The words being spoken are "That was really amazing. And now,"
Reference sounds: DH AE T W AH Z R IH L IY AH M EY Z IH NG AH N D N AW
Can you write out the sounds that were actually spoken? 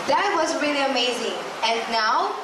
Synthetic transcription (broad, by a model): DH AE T W AH Z R IH L IY AH M EY Z IH NG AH N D N AW